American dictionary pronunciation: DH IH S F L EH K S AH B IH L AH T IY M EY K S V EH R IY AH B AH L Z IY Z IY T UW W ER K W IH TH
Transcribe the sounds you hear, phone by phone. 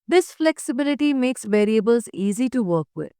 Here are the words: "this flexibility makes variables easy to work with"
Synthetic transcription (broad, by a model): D IH S F L EH K S AH B IH L AH T IY M EY K S V EH R IY AH B AH L Z IY Z IY T UW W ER K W IH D